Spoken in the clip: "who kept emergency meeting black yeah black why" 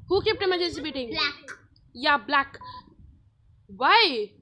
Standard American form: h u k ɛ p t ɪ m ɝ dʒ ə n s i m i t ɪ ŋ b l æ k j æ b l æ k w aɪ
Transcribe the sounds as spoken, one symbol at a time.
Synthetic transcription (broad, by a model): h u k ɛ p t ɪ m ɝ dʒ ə s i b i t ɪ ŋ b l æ k j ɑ b l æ k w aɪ